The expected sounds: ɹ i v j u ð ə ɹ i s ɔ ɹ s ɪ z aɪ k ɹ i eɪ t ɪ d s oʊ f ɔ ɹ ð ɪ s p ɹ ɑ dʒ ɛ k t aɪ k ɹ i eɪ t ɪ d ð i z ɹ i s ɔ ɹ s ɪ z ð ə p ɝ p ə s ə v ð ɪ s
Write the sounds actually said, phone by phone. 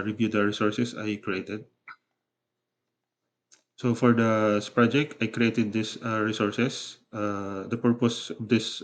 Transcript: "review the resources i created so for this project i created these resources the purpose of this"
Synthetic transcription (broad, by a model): ɹ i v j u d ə ɹ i s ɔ ɹ s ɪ s aɪ k ɹ i eɪ t ɪ d s oʊ f ɔ ɹ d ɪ s p ɹ ɑ dʒ ɛ k t aɪ k ɹ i eɪ t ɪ d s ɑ ɹ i s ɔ ɹ s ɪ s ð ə p ɝ p ə s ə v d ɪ s